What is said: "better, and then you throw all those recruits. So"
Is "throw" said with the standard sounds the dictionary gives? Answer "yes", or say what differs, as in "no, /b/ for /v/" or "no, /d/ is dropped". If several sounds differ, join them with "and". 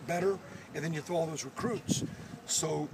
no, /ɹ/ is dropped